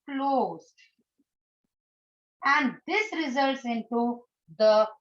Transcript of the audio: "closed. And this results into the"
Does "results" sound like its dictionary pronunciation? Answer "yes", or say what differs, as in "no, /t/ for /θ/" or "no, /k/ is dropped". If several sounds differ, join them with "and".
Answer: yes